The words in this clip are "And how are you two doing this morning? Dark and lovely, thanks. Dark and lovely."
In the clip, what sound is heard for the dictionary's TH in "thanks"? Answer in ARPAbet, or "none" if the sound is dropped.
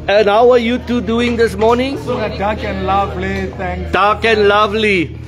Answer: T